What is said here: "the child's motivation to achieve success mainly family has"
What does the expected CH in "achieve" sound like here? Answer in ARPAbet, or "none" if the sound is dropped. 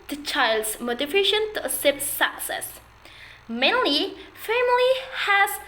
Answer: S